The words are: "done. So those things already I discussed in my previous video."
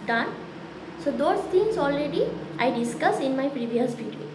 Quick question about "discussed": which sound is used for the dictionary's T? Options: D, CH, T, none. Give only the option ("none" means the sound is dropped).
none